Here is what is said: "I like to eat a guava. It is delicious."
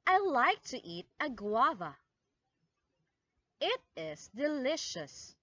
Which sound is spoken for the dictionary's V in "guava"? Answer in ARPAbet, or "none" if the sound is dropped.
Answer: V